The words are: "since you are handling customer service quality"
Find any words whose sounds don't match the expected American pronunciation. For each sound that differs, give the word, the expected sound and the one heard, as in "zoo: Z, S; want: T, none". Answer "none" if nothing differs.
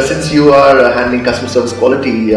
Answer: handling: L, none